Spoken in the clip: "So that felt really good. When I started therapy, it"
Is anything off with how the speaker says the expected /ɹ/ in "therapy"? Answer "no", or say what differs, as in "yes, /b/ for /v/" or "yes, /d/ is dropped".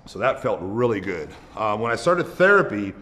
no